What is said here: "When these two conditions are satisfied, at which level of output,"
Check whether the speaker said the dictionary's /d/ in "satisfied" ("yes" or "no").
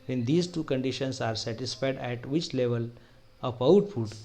yes